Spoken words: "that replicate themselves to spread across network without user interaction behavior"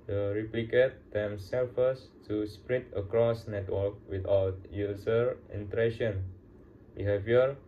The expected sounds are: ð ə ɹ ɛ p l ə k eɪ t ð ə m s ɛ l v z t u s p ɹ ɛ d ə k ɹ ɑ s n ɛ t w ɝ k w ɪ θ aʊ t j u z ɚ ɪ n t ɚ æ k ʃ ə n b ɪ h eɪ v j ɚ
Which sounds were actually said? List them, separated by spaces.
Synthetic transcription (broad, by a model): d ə ɹ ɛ p l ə k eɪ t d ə m s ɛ l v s t u s p ɹ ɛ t ə k ɹ ɑ s n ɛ t w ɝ k w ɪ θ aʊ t j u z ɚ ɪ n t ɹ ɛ ʃ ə n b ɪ h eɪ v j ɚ